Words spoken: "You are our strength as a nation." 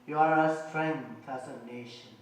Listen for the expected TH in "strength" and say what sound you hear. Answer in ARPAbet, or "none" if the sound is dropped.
F